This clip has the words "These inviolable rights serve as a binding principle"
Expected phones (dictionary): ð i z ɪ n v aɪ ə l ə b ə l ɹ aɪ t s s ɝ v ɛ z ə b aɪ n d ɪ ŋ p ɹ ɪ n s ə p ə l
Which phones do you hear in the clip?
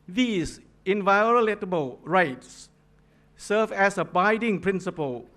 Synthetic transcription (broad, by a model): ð i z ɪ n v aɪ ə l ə b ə l ɹ aɪ t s s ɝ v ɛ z ə b aɪ d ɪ ŋ p ɹ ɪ n s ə p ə l